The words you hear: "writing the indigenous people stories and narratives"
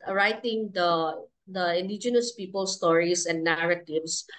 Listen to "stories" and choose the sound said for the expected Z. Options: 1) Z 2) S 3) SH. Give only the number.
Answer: 2